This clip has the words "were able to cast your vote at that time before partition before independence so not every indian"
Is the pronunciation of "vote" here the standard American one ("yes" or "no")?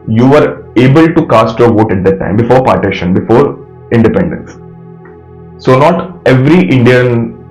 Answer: yes